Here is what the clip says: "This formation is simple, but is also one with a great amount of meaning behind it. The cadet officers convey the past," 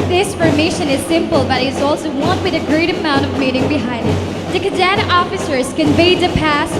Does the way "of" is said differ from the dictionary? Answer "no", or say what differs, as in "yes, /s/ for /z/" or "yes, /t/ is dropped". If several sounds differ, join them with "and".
no